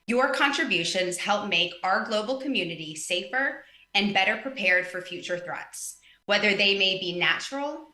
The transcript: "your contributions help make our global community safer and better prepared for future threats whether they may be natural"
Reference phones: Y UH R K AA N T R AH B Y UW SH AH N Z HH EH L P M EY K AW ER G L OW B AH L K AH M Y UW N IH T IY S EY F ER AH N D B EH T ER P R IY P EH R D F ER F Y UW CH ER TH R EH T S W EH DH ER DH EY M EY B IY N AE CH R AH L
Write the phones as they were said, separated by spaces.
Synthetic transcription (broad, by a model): Y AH R K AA N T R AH B Y UW SH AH N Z HH EH L P M EY K AW ER G L OW B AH L K AH M Y UW N IH T IY S EY F ER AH N B EH T ER P R IY P EH R D F ER F Y UW CH ER TH R EH T S W EH DH ER DH EY M EY B IY N AE CH R L